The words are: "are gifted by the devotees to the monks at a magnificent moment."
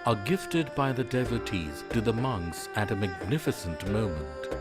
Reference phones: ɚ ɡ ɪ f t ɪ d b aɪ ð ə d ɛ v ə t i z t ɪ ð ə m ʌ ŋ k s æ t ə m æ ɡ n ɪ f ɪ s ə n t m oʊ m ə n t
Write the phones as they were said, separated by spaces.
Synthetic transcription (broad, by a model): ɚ ɡ ɪ f t ɪ d b aɪ ð ə d ɛ v ə t i z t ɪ ð ə m ʌ ŋ k s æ t ə m æ ɡ n ɪ f ɪ s ə n t m oʊ m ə n t